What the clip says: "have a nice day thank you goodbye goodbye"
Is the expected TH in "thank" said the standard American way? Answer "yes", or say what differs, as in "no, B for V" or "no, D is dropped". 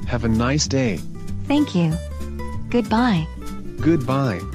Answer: yes